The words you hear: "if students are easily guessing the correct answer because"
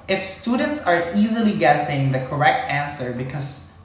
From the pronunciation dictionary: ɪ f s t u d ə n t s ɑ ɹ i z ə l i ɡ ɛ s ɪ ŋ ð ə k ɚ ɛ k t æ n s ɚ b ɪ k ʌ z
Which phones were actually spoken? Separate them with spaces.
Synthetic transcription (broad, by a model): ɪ f s t u d ə n t s ɑ ɹ i z ə l i ɡ ɛ s ɪ ŋ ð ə k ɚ ɛ k t æ n s ɚ b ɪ k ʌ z